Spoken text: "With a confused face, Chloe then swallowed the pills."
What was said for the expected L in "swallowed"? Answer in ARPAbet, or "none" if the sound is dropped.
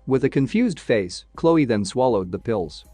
L